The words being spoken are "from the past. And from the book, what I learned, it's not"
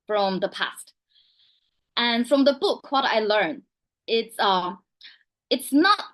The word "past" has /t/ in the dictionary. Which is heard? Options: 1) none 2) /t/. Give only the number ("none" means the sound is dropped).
2